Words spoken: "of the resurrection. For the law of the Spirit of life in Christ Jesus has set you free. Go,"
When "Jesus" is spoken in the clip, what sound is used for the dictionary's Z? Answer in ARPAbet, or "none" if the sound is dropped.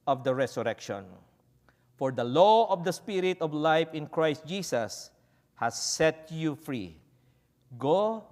S